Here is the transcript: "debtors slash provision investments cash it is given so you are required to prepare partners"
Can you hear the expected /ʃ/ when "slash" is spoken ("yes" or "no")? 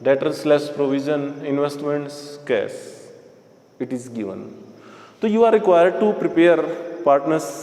no